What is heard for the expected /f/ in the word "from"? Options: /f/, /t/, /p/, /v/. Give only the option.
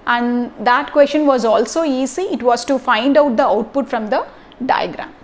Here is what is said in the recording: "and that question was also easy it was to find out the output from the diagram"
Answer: /f/